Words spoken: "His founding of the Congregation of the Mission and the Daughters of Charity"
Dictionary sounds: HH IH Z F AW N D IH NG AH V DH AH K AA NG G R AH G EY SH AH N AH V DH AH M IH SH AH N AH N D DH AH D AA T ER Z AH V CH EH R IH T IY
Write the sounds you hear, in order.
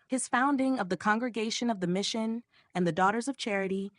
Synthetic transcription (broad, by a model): HH IH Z F AW N D IH NG AH V DH AH K AA NG G R AH G EY SH AH N AH V DH AH M IH SH AH N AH N DH AH D AA T ER Z AH V CH EH R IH T IY